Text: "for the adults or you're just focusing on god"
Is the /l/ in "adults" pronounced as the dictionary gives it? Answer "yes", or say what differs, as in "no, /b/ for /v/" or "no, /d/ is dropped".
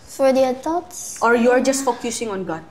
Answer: no, /l/ is dropped